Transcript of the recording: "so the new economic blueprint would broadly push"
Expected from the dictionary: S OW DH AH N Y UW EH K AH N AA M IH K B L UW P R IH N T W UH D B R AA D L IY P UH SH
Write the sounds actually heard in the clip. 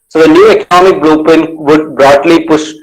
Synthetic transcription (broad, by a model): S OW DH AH N Y UW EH K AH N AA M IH K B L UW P IH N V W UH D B R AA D L IY P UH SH